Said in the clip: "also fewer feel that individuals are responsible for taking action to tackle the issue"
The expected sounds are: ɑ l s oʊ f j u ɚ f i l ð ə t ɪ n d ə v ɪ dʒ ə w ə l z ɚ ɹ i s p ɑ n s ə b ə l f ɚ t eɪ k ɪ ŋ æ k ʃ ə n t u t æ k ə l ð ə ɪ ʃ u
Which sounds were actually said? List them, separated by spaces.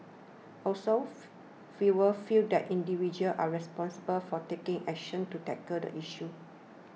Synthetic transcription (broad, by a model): ɑ l s oʊ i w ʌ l f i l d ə t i n d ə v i dʒ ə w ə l ɑ ɹ i s p ɑ n s ə b ə l f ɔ t eɪ k ɪ ŋ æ k ʃ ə n t u t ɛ k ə l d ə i ʃ u